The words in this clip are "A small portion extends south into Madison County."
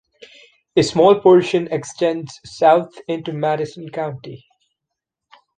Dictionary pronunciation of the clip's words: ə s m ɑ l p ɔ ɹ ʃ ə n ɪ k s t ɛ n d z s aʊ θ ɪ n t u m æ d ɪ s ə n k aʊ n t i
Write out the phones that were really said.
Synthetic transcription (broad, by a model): ə s m ɑ l p ɔ ɹ ʃ ə n ɪ k s t ɛ n d z s aʊ t ɪ n t u m æ d ɪ s ə n k aʊ n t i